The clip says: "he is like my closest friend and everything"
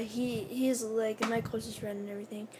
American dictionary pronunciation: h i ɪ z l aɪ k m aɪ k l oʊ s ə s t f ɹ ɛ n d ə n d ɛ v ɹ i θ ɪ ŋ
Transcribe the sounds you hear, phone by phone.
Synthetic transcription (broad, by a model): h i ɪ z l aɪ k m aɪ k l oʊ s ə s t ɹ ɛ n ə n ɛ v ɹ i θ ɪ ŋ